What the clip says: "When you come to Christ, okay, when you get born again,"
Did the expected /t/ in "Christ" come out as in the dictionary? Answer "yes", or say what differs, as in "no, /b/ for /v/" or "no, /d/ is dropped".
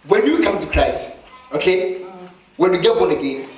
no, /t/ is dropped